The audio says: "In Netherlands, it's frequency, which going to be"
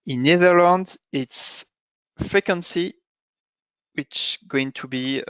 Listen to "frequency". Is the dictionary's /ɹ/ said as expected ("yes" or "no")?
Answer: yes